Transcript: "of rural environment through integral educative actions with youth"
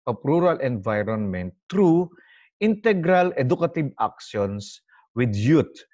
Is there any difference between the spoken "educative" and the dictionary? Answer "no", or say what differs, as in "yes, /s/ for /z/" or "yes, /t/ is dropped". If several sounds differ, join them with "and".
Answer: yes, /b/ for /v/